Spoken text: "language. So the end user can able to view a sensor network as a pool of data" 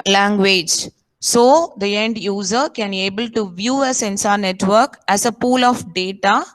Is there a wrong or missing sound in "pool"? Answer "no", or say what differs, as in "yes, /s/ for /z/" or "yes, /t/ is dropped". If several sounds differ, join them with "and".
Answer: no